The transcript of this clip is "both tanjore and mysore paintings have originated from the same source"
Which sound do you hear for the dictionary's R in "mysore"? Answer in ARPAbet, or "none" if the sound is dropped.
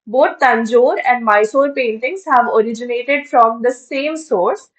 R